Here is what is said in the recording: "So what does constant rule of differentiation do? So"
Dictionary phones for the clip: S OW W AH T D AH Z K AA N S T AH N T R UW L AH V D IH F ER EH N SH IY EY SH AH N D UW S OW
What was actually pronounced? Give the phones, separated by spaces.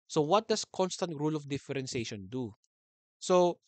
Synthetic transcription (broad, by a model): S OW W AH T D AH S K AA N S T AH N T R UW L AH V D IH F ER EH N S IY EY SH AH N D UW S OW